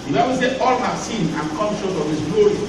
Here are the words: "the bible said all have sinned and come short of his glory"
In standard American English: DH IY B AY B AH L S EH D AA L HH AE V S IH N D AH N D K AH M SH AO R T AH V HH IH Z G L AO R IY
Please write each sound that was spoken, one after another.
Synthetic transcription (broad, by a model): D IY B AY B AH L S EH AA L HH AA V S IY N AH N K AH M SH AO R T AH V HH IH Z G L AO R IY